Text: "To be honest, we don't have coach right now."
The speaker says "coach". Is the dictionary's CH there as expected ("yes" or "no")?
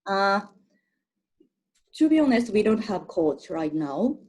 no